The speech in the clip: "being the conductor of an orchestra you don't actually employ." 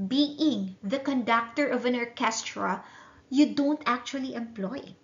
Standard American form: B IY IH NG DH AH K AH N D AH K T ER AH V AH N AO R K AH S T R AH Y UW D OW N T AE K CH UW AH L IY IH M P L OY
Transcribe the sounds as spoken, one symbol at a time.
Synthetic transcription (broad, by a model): B IY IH NG DH AH K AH N D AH K T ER AH V AH N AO R K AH S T R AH Y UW D OW N T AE K CH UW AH L IY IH M P L OY